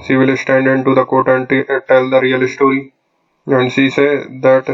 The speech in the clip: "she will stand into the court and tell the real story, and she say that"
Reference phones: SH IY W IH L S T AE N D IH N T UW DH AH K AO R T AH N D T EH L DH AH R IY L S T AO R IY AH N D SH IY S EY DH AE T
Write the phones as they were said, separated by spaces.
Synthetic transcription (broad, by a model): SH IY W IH L S T AE N D IH N T UW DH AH K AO T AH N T T EH L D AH R IY L S T AO R IY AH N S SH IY S EY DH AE T